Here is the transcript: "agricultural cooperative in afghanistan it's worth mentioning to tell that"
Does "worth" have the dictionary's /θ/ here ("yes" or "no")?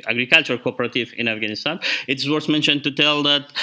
no